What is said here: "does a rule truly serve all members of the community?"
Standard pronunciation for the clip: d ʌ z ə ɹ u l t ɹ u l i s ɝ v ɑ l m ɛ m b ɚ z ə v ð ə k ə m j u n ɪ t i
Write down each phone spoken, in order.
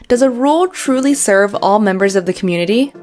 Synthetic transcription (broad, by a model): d ʌ z ə ɹ u l t ɹ u l i s ɝ v ɑ l m ɛ m b ɚ z ə v ð ə k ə m j u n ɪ t i